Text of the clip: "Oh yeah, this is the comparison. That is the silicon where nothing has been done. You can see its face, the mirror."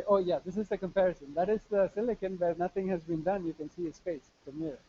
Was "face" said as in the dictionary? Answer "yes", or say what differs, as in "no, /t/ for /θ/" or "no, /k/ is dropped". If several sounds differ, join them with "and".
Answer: no, /p/ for /f/